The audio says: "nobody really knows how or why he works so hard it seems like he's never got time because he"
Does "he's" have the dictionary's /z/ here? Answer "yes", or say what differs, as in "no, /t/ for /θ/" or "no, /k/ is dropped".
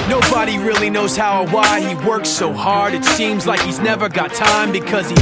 yes